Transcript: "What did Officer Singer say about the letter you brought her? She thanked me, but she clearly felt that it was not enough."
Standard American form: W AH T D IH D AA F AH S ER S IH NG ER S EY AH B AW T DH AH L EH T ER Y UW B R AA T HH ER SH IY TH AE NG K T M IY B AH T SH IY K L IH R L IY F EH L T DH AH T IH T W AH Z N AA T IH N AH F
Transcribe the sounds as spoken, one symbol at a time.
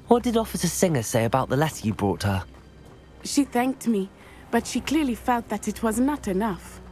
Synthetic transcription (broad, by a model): W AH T D IH D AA F AH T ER S IH NG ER S EY AH B AW T DH AH L EH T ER Y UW B R AA T HH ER SH IY TH AE NG K T M IY B AH T SH IY K L IH R L IY F EH L T DH AH T IH T W AH Z N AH T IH N AH F